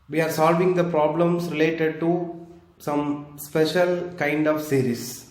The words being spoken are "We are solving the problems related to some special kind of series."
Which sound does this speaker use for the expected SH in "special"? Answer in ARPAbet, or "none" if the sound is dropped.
SH